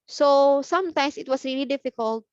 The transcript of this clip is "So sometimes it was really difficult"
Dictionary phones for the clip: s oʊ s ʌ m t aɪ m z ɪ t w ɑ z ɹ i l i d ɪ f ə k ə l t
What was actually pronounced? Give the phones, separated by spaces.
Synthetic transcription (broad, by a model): s oʊ s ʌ m t aɪ m s ɪ t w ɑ s ɹ i l i d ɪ f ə k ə l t